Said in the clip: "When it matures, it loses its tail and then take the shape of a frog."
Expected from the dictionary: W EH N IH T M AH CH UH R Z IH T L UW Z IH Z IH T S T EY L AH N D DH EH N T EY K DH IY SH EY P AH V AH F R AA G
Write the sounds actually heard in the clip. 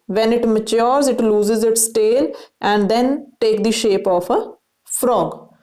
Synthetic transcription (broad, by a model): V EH N IH T M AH CH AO R Z IH T L UW Z IH Z IH T S T EY L AH N D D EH N T EY K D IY SH EY P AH F AH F R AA G